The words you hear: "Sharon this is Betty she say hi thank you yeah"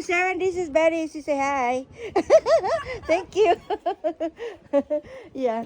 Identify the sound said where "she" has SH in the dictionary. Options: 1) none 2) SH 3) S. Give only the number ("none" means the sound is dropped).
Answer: 3